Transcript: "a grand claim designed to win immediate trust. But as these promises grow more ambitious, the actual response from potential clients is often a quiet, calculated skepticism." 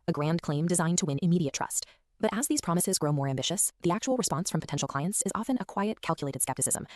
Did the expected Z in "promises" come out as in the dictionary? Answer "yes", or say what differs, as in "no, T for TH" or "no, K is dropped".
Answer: yes